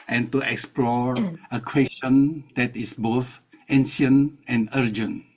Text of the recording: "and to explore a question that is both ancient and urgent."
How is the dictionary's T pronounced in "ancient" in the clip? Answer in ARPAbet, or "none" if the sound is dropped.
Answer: none